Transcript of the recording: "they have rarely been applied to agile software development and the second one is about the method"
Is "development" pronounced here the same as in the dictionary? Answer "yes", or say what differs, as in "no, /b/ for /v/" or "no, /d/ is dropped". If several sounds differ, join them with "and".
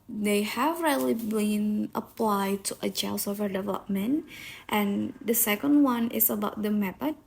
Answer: yes